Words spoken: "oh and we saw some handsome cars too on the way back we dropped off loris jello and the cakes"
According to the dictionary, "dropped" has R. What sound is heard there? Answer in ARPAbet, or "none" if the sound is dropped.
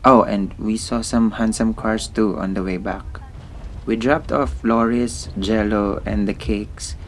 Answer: R